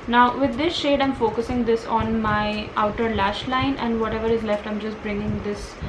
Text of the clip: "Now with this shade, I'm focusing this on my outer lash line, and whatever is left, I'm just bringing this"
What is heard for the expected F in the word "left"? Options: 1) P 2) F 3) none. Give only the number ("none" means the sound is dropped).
2